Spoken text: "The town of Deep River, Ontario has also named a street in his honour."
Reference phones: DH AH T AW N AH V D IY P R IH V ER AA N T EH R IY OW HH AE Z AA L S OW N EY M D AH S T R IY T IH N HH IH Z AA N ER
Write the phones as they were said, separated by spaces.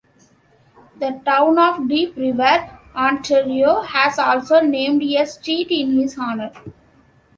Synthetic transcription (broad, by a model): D AH T AW N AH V D IY P R IH V ER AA N T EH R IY OW HH AE Z AA L S OW N EY M D AH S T IY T IH N HH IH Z AA N ER